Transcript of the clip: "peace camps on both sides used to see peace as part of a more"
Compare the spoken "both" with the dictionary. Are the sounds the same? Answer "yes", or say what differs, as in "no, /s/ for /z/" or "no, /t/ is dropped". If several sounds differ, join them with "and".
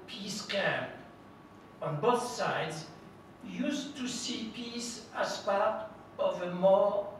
yes